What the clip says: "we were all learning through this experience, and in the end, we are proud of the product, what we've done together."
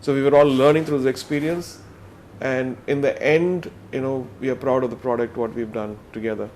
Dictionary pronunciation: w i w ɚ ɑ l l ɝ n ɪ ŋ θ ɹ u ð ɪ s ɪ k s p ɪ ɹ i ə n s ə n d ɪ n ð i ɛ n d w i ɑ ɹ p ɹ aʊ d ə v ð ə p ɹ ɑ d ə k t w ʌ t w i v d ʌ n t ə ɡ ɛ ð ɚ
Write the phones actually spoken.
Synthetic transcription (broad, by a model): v i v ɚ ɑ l l ɝ n ɪ ŋ t ɹ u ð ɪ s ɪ k s p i ɹ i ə n s ə n d ɪ n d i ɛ n d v i ɑ ɹ p ɹ aʊ d ə v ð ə p ɹ ɑ d ə k t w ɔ t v i v d ʌ n t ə ɡ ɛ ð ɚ